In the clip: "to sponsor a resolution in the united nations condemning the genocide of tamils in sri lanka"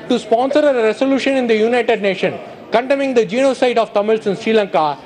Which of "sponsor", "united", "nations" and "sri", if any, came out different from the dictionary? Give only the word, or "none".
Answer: nations